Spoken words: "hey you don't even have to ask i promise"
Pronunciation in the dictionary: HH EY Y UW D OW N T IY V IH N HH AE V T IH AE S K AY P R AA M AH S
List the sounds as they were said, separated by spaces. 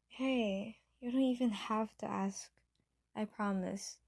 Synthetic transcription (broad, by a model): HH EY Y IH D OW N T IY V IH N HH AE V T IH AE S K AY P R AA M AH S